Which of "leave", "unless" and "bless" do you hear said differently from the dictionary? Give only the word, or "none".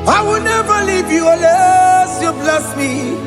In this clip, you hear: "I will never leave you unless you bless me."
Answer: unless